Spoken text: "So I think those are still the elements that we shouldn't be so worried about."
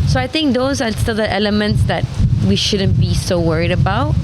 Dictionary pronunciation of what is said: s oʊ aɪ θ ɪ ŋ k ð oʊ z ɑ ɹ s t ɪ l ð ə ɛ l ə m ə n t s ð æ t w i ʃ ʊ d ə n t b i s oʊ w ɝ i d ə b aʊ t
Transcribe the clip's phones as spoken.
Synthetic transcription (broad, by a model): s oʊ aɪ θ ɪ ŋ k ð oʊ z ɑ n s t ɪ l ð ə ɛ l ə m ə n t s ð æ t w i ʃ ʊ d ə n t b i s oʊ w ɝ i d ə b aʊ t